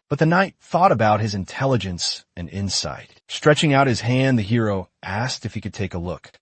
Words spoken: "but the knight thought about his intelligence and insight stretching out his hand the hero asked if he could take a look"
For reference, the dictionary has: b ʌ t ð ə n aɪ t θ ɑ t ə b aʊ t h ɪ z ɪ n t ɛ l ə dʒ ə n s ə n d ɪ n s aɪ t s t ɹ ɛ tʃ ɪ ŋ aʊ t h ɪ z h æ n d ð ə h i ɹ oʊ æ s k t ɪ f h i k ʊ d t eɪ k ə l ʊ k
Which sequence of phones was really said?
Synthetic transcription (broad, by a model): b ʌ t ð ə n aɪ t θ ɑ t ə b aʊ t h ɪ z ɪ n t ɛ l ə dʒ ə n s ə n ɪ n s aɪ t s t ɹ ɛ tʃ ɪ ŋ aʊ t h ɪ z h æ n ð ə h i ɹ oʊ æ s k t ɪ f h i k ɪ d t eɪ k ə l ʊ k